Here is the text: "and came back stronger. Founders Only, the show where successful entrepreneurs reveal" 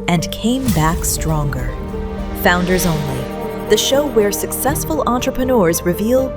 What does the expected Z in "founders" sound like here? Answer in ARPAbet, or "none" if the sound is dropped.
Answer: Z